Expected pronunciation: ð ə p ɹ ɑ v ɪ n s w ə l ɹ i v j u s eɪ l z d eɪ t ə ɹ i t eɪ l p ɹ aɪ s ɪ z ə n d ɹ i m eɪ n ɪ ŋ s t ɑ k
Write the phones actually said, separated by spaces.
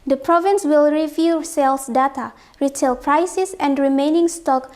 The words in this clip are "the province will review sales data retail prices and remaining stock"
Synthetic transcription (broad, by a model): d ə p ɹ ɑ v ɪ n s w ə l ɹ i v j u s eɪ l s d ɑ t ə ɹ i t eɪ l p ɹ aɪ s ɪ s ə n d ɹ i m eɪ n ɪ ŋ s t ɑ k